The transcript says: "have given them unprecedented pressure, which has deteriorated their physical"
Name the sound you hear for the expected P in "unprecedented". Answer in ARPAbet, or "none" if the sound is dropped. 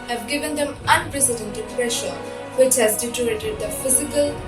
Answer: none